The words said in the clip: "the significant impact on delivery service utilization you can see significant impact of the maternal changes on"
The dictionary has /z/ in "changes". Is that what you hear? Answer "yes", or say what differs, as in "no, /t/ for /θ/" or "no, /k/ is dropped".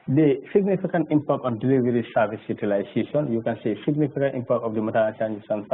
no, /s/ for /z/